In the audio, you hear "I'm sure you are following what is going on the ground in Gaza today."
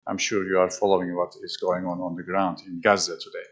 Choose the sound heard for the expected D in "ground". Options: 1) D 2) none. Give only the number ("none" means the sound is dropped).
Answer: 1